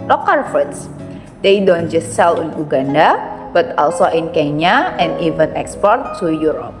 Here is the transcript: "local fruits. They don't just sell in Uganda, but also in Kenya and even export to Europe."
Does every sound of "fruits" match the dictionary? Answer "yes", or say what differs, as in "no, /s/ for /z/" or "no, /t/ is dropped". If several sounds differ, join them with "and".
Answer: no, /ɹ/ is dropped